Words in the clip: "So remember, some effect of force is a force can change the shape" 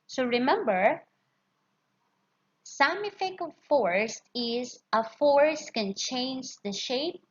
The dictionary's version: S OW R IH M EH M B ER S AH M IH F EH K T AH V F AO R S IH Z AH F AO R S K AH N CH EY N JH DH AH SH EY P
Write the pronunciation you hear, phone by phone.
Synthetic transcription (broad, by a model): S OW R IH M EH M B ER S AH M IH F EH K AH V F AO R S IH Z AH F AO R S K AH N CH EY N JH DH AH SH EY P